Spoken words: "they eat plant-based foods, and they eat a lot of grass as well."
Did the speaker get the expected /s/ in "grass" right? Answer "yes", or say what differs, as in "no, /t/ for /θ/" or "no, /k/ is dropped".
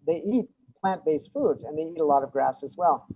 yes